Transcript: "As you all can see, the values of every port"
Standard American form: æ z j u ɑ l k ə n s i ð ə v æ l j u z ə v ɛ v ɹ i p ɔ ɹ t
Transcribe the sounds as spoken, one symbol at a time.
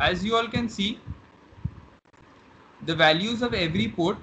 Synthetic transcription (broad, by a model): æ z j u ɑ l k ə n s i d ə v æ l j u z ə v ɛ v ɹ i p ɔ ɹ t